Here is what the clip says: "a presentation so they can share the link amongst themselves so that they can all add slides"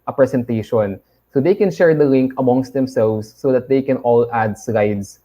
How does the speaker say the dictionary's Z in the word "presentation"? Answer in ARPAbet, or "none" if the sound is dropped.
S